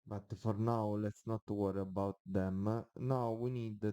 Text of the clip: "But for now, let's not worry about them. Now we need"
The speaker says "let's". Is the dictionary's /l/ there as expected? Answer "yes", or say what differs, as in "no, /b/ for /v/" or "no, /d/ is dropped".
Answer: yes